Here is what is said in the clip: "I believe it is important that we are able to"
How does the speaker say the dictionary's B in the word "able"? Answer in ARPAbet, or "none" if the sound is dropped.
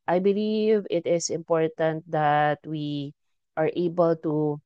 B